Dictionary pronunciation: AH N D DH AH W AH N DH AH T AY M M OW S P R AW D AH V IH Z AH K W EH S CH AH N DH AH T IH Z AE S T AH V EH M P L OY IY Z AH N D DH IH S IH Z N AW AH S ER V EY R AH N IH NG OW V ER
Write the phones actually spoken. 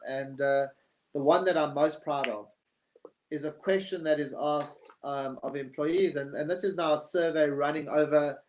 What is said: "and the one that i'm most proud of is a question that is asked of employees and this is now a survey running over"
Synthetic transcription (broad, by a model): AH N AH DH AH W AH N DH AH T AY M M OW S P R AW D AH V IH Z AH K W EH S CH AH N DH AH T IH Z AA S T AH V EH M P L OY IY Z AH N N DH IH S IH Z N AW AH S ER V EY R AH N IH NG OW V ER